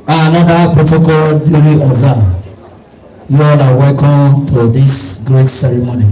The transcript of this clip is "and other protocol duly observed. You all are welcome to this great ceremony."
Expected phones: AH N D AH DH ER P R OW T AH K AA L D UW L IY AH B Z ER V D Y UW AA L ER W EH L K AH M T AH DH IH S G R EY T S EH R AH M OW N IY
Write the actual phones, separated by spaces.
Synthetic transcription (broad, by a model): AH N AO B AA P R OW T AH K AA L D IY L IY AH Z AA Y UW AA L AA W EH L K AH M T AH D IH S G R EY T S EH R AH M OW N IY